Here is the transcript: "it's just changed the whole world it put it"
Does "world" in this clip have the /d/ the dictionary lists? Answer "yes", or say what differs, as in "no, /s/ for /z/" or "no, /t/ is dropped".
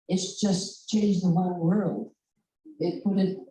no, /d/ is dropped